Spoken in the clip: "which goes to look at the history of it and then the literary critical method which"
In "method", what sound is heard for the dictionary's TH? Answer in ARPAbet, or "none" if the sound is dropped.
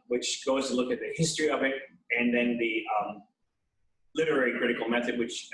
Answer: TH